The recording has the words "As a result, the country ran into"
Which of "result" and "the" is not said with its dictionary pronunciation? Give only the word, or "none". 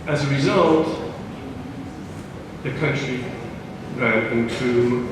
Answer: none